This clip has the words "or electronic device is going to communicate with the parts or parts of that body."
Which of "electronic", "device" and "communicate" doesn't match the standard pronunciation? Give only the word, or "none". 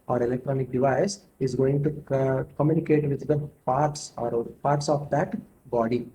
none